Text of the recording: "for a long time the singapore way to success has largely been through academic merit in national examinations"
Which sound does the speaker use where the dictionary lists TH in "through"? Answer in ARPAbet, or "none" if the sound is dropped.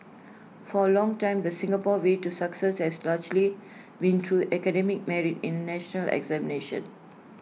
T